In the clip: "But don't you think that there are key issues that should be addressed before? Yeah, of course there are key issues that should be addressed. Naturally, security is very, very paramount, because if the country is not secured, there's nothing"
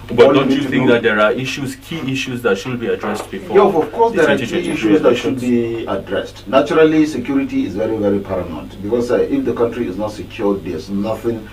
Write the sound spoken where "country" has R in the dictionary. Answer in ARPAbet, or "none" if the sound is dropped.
R